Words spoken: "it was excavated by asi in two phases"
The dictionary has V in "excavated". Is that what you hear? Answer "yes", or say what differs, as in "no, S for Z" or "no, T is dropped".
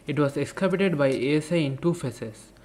no, P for V